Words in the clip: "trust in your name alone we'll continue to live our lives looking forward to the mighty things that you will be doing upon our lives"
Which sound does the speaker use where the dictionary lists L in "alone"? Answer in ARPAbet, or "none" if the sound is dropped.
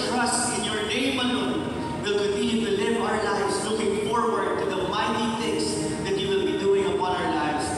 N